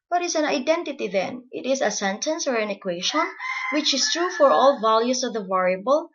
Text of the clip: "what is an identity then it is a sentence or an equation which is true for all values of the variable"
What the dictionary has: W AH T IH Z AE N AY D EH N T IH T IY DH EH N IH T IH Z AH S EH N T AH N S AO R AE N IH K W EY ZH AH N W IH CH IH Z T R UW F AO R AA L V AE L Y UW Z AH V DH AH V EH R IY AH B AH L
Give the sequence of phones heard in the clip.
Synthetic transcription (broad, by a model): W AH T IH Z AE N AY D EH N T IH T IY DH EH N IH T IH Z AH S EH N T AH N S AO R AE N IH K W EY SH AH N W IH CH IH S T R UW F AO R AA L V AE L Y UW S AH V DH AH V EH R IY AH B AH L